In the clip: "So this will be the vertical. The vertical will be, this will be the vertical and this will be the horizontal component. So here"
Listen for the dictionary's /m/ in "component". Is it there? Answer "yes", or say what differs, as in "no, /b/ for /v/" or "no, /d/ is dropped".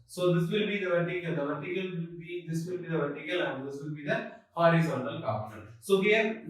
no, /m/ is dropped